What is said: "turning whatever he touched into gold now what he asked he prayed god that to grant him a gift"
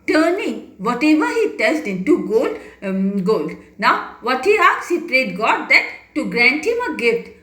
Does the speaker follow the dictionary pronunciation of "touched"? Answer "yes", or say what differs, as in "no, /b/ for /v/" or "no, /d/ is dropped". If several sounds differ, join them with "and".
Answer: no, /s/ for /tʃ/